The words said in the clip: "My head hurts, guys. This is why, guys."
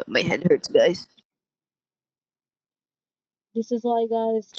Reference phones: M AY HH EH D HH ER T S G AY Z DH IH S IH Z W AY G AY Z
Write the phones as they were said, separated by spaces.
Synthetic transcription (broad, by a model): M AY HH EH D HH ER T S G AY Z DH IH S IH Z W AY G AY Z